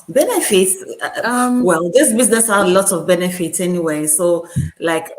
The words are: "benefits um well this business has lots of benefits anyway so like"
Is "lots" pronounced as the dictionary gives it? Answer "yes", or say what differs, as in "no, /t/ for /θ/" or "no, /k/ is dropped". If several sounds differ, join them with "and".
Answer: no, /s/ is dropped